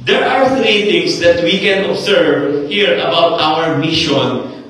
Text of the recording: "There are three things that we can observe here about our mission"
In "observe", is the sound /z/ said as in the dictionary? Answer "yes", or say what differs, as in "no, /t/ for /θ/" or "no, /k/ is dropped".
no, /s/ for /z/